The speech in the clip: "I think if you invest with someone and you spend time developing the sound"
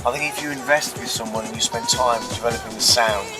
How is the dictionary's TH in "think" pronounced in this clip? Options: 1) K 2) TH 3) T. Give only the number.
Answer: 2